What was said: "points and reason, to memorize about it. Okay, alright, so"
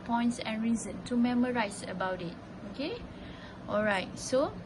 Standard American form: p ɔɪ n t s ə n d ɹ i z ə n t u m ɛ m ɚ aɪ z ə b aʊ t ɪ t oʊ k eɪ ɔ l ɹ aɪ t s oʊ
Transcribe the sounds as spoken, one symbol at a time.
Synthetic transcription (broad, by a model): p ɔɪ n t s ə n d ɹ i z ə n t u m ɛ m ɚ aɪ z ə b aʊ t ɪ t oʊ k eɪ ɔ l ɹ aɪ t s oʊ